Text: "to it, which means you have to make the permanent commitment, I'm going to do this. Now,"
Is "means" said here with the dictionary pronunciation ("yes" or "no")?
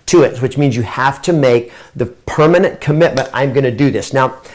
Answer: yes